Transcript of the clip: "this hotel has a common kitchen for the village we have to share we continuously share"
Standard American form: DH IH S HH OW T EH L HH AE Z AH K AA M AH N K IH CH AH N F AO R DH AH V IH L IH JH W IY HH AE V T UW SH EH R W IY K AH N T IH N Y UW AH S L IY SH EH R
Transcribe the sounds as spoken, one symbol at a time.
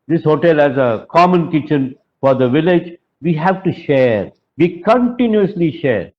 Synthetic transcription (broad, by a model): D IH S HH OW T EH L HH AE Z AH K AA M AH N K IH CH AH N F AO R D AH V IH L IH JH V IY HH AE V T UW SH EH R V IY K AH N T IH N Y UW AH S L IY SH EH R